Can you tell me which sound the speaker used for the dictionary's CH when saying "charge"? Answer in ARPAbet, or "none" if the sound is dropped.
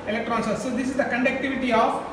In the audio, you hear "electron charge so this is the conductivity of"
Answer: S